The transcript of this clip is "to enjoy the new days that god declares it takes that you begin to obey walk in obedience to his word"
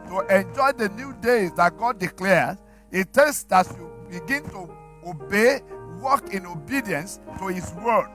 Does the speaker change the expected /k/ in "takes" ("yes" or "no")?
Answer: yes